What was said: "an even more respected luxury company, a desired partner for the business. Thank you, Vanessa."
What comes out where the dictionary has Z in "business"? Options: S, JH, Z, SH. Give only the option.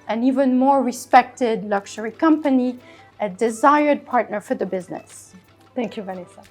Z